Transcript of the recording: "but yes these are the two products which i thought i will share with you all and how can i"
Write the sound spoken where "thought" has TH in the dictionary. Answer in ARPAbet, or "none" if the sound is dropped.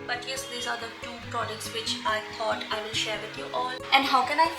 T